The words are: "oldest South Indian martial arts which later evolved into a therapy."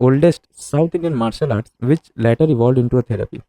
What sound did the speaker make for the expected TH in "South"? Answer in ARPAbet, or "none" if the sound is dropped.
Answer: T